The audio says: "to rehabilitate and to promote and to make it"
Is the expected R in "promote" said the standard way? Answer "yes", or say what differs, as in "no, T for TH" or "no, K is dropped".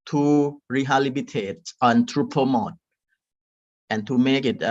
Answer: no, R is dropped